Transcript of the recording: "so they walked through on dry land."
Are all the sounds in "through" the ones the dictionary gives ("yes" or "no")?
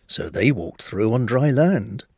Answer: yes